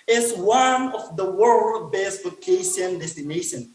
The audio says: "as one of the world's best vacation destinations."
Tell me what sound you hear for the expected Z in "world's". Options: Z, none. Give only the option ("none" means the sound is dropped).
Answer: none